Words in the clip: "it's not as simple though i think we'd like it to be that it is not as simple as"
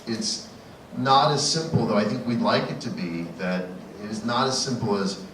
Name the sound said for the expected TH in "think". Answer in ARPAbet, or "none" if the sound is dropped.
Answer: TH